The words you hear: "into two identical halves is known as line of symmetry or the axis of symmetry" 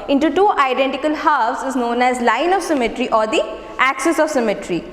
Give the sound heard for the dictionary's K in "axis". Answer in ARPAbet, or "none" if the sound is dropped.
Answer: K